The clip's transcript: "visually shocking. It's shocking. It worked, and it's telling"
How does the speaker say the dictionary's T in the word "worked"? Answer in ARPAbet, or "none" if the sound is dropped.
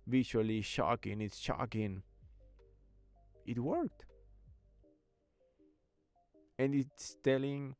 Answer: T